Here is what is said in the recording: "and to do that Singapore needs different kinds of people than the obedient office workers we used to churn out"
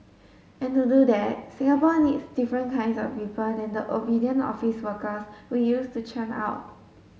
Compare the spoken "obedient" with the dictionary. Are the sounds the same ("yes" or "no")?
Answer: no